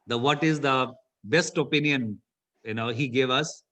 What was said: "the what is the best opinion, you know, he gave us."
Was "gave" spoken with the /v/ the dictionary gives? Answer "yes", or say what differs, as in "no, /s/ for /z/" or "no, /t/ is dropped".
yes